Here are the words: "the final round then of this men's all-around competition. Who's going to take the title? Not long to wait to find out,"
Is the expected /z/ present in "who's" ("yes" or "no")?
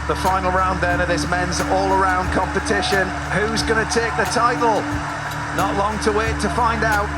yes